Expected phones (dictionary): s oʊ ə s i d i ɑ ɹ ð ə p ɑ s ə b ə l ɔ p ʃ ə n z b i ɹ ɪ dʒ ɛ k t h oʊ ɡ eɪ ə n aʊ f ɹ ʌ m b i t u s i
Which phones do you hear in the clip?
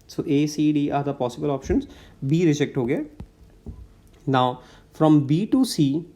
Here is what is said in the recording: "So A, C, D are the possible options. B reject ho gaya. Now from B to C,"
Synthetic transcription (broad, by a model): s oʊ ə s i d i ɑ ɹ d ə p ɑ s ə b ə l ɔ p ʃ ə n z b i ɹ ɪ dʒ ɛ k t h oʊ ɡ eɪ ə n aʊ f ɹ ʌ m b i t u s i